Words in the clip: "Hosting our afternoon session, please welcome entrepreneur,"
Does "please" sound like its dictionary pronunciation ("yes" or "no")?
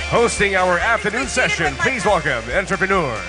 yes